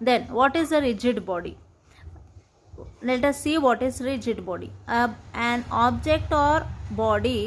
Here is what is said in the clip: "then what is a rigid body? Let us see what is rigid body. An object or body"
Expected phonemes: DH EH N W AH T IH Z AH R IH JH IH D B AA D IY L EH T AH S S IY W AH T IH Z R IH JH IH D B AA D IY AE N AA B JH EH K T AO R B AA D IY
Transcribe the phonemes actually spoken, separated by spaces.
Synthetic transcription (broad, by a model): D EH N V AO T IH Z AH R IH JH IH D B AA D IY N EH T AH S S IY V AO T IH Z R IH JH IH D B AA D IY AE N AA B JH EH K T AO R B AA D IY